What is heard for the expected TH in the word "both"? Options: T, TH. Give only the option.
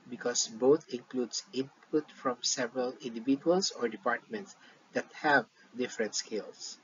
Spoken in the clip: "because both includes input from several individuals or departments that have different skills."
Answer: T